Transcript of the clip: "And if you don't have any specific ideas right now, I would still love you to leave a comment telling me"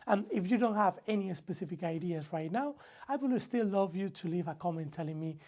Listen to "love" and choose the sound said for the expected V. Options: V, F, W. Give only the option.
V